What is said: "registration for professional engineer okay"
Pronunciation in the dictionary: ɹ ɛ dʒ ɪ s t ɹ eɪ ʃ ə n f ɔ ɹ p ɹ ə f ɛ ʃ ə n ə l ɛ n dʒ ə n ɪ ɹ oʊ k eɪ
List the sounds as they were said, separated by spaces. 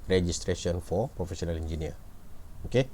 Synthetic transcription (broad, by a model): ɹ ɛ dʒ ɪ s t ɹ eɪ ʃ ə n f ɔ ɹ p ɹ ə f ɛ s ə n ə l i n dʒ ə n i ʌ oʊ k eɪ